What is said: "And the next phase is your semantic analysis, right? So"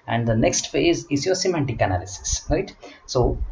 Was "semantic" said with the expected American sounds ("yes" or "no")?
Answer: yes